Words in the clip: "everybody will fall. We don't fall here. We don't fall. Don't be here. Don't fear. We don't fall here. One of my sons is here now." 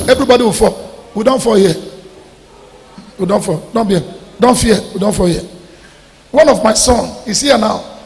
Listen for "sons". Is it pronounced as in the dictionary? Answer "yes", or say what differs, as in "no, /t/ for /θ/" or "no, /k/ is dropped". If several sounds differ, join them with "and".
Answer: no, /z/ is dropped